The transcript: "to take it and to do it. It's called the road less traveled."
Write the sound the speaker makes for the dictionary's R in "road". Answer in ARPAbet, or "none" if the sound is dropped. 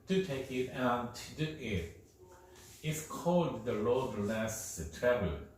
L